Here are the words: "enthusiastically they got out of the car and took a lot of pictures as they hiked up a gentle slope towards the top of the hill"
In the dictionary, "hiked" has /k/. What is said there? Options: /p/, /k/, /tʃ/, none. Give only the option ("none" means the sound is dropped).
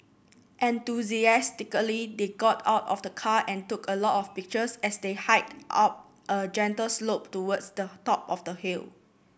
none